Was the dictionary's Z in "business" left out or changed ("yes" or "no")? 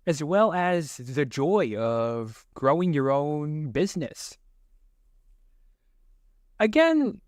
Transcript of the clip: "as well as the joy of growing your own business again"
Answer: no